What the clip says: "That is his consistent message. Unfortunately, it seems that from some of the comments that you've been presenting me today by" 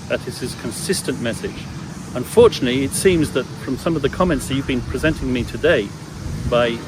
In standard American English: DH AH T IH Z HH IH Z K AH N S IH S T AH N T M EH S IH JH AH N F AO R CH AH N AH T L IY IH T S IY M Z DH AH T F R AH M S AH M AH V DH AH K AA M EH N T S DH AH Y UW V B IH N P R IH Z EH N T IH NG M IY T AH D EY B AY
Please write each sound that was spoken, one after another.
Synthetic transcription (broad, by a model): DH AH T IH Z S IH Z K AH N S IH S T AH N M EH S IH JH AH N F AO R CH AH N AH T L IY IH T S IY M Z DH AH T F R AH M S AH M AH V DH AH K AA M EH N T S DH AH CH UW V B IH N P R IH Z EH N T IH NG M IY T AH D EY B AY